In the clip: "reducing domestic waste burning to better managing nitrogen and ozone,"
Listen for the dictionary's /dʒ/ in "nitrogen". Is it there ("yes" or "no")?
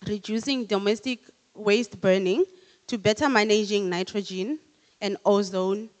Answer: yes